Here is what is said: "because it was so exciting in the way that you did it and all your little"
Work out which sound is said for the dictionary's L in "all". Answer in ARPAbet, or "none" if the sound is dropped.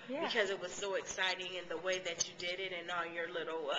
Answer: N